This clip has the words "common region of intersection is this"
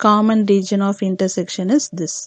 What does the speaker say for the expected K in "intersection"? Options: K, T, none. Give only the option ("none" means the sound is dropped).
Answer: K